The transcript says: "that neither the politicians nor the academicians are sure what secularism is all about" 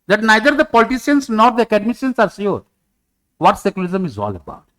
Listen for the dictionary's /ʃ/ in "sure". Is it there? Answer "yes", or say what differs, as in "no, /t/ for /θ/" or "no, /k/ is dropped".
no, /s/ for /ʃ/